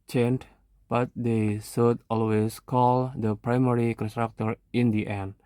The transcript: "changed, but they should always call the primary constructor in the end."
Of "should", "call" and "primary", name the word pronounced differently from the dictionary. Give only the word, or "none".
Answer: should